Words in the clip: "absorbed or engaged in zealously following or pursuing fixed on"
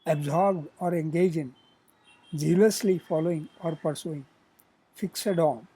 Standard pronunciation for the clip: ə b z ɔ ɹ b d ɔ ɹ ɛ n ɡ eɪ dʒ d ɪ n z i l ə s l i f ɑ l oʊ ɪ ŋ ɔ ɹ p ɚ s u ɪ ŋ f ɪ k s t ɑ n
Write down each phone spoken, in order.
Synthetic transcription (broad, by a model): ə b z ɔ ɹ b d ɔ ɹ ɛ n ɡ eɪ dʒ ɪ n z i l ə s l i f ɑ l oʊ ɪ ŋ ɔ ɹ p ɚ s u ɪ ŋ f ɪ k s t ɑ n